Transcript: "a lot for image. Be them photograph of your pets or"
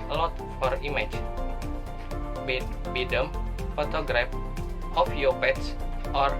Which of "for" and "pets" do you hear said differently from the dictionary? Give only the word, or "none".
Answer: none